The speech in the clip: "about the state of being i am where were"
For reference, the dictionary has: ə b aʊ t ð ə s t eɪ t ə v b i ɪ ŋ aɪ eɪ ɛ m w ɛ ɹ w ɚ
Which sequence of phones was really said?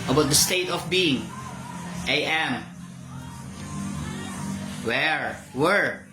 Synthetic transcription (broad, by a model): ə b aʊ t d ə s t eɪ t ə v b i ɪ ŋ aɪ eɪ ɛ m w ɛ ɹ w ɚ